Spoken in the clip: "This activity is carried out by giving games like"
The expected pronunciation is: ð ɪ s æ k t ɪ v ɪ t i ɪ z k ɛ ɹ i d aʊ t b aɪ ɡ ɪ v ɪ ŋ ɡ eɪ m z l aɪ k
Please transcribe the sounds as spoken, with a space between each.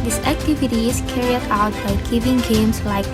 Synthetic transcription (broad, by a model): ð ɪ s æ k t ɪ v ɪ t i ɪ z k ɛ ɹ i d aʊ t b aɪ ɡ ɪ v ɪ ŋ ɡ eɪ m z l aɪ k